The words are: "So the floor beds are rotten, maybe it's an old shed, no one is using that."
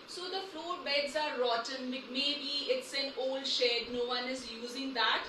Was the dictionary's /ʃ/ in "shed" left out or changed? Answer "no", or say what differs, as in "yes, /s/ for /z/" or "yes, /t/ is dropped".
no